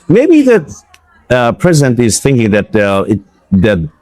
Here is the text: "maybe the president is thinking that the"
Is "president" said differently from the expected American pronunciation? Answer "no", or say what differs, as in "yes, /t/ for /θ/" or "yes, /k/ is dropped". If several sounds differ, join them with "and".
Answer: no